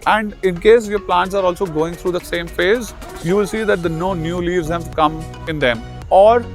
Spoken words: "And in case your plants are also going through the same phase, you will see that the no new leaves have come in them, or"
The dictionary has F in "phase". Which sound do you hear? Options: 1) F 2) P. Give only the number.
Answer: 1